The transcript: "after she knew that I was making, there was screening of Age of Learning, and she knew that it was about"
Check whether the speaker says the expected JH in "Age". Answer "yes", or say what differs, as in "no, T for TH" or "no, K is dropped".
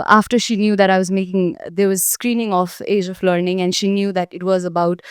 yes